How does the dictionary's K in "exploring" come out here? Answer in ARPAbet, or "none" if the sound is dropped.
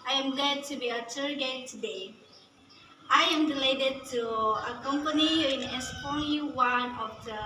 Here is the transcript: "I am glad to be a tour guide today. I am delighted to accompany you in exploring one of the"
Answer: none